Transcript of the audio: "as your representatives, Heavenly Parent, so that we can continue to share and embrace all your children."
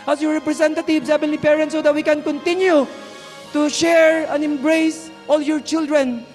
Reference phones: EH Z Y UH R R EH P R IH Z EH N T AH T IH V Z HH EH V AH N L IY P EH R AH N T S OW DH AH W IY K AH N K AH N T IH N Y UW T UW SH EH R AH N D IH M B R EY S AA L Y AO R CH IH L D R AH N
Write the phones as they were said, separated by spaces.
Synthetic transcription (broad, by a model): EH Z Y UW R R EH P R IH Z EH N T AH T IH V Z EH B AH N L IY P EH R AH N T S OW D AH W IY K AH N K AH N T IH N Y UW T UW SH EH R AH N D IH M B R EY S AA L Y AO R CH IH L D R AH N